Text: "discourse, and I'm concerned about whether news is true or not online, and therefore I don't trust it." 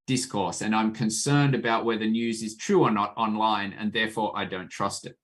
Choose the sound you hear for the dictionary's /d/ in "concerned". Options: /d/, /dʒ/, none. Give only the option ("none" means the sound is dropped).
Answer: /d/